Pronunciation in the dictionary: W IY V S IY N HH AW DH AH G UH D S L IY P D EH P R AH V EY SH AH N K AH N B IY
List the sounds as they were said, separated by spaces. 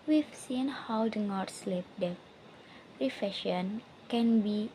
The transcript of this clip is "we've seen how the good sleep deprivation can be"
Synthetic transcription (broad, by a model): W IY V S IY N HH AW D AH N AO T S L IY P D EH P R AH F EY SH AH N K AH N B IY